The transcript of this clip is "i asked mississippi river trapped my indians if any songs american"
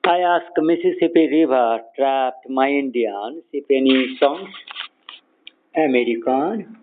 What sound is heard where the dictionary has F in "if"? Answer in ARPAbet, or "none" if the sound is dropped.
P